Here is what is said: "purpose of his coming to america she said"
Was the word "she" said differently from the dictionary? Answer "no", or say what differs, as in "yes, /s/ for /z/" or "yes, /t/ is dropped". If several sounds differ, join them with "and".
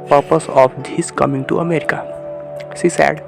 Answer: yes, /s/ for /ʃ/